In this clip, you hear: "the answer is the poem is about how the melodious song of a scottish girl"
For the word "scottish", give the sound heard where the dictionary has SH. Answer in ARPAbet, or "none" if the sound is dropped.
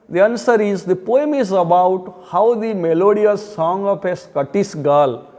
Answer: S